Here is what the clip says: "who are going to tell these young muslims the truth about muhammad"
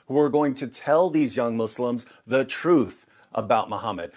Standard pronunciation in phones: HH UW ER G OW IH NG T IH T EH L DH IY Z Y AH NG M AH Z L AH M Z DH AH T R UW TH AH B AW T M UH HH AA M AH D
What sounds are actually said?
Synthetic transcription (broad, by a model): HH UW ER G OW IH NG T IH T EH L DH IY Z Y AH NG M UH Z L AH M Z DH AH T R UW TH AH B AW T M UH HH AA M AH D